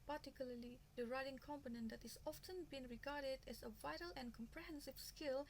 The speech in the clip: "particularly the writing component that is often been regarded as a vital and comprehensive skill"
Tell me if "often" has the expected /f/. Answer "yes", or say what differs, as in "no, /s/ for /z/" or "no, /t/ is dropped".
yes